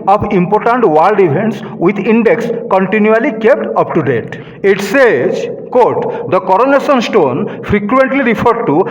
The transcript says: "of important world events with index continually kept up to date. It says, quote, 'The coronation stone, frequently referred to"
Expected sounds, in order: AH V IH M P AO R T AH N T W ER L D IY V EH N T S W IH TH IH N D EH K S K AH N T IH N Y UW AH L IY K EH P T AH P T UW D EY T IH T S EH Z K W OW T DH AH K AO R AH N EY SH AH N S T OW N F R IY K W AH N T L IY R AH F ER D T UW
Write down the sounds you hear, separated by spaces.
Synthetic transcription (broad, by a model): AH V IH M P AO R T AH N T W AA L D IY F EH N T S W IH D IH N D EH K S K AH N T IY N Y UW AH L IY K EH P T AH P T UW D EY T IH T S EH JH K OW T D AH K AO R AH N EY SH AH N S T OW N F R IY K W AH N T L IY R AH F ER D T UW